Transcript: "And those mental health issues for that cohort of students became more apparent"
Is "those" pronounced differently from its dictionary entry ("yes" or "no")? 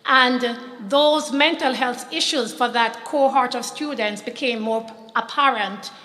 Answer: no